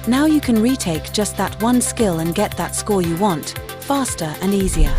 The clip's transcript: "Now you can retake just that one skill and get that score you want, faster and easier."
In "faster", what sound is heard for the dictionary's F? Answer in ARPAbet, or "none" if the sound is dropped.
F